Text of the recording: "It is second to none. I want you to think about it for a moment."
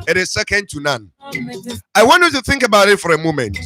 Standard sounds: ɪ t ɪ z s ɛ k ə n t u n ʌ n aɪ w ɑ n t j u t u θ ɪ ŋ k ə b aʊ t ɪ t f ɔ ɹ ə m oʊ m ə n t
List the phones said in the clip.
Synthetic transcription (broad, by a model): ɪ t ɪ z s ɛ k ə n t u n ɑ n aɪ w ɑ n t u t u θ ɪ ŋ k ə b aʊ t ɪ t f ɔ ɹ ə m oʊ m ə n t